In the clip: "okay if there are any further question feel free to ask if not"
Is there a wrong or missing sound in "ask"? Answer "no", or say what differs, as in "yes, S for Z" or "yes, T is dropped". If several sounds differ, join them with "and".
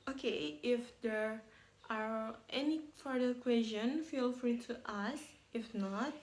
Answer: yes, K is dropped